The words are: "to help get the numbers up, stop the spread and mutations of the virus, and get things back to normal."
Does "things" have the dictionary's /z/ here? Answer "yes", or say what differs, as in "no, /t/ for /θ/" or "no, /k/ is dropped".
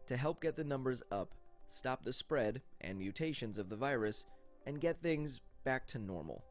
yes